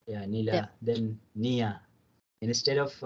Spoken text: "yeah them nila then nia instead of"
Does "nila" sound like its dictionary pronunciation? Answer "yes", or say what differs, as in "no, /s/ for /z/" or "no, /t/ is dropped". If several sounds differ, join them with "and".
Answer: yes